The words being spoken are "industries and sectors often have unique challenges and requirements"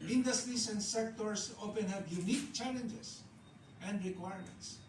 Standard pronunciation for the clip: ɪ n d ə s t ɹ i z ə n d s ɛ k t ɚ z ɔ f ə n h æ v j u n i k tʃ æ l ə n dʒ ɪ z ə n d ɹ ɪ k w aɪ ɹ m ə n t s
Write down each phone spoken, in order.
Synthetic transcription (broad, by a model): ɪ n d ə s t ɹ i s ə n d s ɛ k t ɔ s ɔ p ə n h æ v j u n i k tʃ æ l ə n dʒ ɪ s ə n d ɹ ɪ k w aɪ ɹ m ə n t s